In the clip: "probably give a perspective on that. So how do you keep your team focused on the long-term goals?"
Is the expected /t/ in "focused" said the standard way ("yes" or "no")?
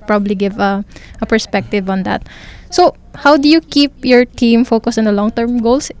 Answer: no